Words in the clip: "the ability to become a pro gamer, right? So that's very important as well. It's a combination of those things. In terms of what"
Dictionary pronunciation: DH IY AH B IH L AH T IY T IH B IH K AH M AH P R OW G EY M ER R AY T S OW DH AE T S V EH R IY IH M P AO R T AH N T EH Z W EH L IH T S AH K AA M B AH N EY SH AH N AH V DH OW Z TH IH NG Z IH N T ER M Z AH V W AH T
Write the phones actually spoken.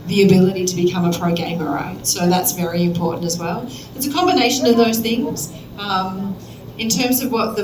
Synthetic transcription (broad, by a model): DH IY AH B IH L AH T IY T IH B IH K AH M AH P R OW G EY M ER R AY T S OW DH AE T S V EH R IY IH M P AO R T N T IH Z W EH L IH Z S AH K AA M B AH N EY SH AH N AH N DH OW Z TH IH NG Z IH N T ER M Z AH V W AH T